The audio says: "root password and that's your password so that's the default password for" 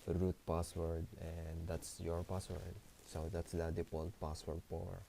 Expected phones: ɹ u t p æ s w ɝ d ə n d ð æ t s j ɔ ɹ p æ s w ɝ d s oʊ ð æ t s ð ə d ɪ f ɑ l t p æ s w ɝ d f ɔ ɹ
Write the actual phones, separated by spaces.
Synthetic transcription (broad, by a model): ɹ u t p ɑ s w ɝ d ə n d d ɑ t s j ɔ ɹ p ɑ s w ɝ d s oʊ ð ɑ t s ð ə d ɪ p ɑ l p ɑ s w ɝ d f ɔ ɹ